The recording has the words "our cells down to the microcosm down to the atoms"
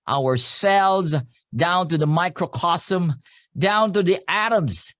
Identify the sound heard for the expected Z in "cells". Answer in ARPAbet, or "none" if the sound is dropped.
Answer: Z